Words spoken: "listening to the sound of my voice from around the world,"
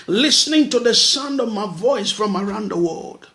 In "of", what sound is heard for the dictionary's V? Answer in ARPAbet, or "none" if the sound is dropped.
V